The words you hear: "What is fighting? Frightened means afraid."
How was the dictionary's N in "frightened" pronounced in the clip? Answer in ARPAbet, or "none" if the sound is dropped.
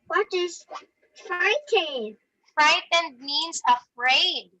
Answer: N